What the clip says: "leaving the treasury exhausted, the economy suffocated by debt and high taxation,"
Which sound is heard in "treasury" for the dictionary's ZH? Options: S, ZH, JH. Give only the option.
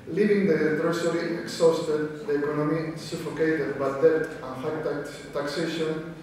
S